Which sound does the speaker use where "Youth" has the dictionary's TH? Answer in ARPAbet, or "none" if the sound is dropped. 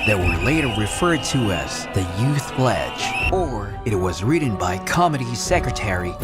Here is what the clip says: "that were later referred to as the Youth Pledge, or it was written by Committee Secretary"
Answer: TH